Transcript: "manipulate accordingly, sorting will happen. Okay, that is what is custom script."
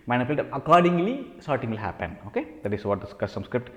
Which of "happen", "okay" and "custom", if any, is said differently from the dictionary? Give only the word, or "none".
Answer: custom